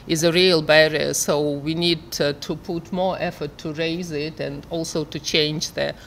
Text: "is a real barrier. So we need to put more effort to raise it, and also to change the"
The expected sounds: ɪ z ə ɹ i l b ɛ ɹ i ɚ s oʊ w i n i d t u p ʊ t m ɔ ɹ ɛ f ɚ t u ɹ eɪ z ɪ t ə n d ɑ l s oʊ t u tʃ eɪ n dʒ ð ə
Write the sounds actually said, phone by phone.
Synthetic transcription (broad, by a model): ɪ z ə ɹ i l b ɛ ɹ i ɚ s oʊ w i n i d t u p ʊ t m ɔ ɹ ɛ f ɚ t u ɹ eɪ z ɪ t ə n d ɑ l s oʊ t u tʃ eɪ n dʒ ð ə